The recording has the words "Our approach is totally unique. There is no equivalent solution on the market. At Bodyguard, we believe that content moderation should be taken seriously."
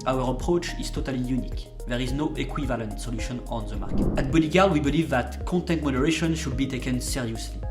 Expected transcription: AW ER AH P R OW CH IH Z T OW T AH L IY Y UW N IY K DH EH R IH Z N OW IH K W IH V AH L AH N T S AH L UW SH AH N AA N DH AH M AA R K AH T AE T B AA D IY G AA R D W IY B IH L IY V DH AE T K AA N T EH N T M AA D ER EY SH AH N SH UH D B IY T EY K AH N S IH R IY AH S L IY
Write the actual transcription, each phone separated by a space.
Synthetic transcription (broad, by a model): AW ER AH P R OW CH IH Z T OW T AH L IY Y UW N IY K DH EH R IH Z N OW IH K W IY V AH L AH N T S AH L UW SH AH N AA N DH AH M AA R K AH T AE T B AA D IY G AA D W IY B IH L IY V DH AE T K AA N T EH N T M AA D ER EY SH AH N SH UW D B IY T EY K AH N S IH R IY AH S L IY